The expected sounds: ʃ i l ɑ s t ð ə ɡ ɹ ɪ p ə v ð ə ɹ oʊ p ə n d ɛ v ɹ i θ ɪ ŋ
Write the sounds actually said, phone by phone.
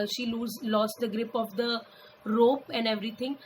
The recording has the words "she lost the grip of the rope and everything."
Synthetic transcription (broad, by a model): ʃ i l ɑ s t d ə ɡ ɹ ɪ p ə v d ə ɹ oʊ p ə n d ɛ v ɹ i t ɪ ŋ